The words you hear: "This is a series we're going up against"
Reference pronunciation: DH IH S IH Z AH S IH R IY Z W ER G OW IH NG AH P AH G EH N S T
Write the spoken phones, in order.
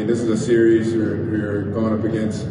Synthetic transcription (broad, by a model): DH IH S IH Z AH S IH R IY Z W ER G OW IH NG AH P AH G EH N S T